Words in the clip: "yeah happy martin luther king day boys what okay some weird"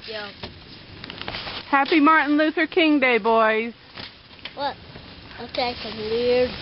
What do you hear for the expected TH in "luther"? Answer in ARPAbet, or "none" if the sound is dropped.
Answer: TH